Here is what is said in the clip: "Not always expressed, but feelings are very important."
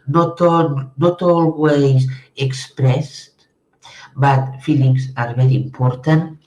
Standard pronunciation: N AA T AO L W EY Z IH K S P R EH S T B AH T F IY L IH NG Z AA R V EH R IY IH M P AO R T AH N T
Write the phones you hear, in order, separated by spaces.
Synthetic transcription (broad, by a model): N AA T AO L W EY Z IH K S P R EH S T B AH T F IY L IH NG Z AA R B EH R IY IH M P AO R T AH N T